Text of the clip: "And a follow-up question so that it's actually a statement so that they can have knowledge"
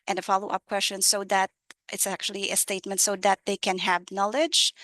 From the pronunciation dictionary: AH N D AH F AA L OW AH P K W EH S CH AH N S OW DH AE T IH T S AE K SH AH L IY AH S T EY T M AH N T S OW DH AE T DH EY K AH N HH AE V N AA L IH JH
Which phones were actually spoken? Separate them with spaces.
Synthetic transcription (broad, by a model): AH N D AH F AA L OW AH P K W EH S CH AH N S OW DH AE T IH T S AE K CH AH L IY AH S T EY T M AH N T S OW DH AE T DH EY K AH N HH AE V N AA L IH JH